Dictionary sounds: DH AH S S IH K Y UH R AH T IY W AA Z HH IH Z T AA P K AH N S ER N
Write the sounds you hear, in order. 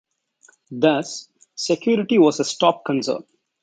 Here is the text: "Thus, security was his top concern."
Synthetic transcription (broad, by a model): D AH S S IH K Y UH R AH T IY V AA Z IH S T AA P K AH N S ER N